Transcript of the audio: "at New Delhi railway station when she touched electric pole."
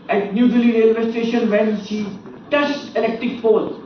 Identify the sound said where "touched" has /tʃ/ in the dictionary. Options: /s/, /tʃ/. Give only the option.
/s/